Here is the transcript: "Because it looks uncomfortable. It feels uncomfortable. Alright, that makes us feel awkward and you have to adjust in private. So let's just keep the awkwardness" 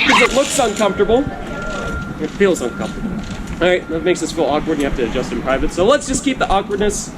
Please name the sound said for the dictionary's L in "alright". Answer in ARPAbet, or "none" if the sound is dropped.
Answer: none